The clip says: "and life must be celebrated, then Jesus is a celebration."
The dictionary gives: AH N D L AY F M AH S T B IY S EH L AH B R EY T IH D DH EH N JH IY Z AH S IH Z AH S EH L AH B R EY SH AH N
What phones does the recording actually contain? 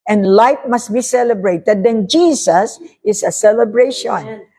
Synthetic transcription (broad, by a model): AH N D L AY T M AH S T B IY S EH L AH B R EY T IH D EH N JH IY S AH S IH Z AH S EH L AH B R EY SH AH N